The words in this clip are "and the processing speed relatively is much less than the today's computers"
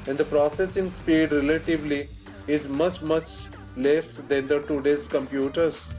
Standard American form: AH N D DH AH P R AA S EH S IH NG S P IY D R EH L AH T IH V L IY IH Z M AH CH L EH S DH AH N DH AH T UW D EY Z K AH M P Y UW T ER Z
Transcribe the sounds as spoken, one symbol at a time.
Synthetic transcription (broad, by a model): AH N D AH P R AA S EH S IH NG S P IY D R EH L AH T IH V L IY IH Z M AH CH L EH S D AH N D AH T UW D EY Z K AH M P Y UW T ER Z